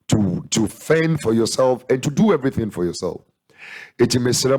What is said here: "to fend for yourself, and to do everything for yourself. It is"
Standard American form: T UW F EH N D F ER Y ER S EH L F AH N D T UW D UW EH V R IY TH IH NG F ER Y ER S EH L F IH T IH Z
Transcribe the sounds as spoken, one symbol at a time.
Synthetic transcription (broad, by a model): T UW F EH N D F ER Y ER S EH L F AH N T UW D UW EH V R IY TH IH NG F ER Y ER S EH L F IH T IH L